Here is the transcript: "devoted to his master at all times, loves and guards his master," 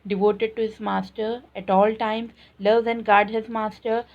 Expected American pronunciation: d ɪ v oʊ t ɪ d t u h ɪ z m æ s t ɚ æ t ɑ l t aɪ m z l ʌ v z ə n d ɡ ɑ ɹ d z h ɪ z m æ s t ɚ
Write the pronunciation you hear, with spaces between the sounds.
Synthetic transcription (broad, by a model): d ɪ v oʊ t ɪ d t u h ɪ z m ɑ s t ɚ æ t ɑ l t aɪ m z l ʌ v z ə n d ɡ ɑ ɹ d h ɪ z m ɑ s t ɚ